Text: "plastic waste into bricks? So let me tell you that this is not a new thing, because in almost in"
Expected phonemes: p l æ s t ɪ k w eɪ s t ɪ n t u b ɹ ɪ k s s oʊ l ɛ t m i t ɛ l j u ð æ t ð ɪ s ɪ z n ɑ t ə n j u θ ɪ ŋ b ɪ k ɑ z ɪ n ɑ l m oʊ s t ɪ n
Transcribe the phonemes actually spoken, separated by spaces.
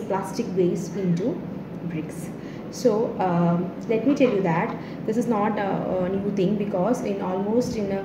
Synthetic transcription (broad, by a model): p l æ s t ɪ k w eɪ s ɪ n t u b ɹ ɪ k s s oʊ l ɛ t m i t ɛ l j u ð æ t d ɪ s ɪ z n ɑ t ə n j u t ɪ ŋ b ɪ k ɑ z ɪ n ɑ l m oʊ s t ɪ n